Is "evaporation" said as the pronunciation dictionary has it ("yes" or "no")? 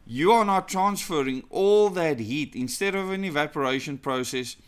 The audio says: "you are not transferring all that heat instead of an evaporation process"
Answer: yes